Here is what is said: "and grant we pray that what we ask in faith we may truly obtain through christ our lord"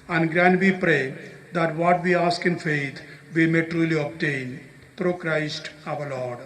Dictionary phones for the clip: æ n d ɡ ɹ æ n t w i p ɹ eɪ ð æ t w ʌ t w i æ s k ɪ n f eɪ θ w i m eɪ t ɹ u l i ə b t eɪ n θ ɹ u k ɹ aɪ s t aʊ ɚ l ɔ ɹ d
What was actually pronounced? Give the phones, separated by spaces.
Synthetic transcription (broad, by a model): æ n d ɡ ɹ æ n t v i p ɹ eɪ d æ t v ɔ t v i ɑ s k ɪ n f eɪ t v i m eɪ t ɹ u l i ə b t eɪ n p ɹ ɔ k ɹ aɪ s t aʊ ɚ l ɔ ɹ d